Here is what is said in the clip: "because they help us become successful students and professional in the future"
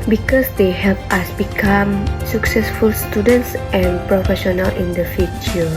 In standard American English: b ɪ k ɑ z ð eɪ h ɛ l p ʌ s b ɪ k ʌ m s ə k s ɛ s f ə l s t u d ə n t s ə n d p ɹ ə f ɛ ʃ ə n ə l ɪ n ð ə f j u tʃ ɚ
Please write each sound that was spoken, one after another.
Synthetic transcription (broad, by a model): b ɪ k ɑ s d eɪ h ɛ l p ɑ s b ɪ k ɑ m s ə k s ɛ s f ə l s t u d ə n t s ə n p ɹ ə f ɛ ʃ ə n ə l ɪ n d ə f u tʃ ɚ